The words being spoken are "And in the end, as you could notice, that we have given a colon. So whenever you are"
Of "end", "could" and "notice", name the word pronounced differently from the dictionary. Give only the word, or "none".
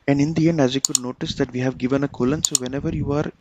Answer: none